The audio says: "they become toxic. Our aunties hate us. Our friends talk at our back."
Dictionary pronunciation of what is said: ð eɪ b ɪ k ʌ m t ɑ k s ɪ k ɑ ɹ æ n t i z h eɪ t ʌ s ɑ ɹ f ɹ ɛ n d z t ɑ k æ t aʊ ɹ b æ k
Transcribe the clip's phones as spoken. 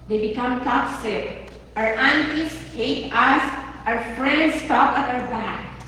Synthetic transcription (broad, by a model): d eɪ b ɪ k ʌ m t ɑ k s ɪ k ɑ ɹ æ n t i s h eɪ t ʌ s ɑ ɹ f ɹ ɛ n d s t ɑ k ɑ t aʊ ɹ b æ k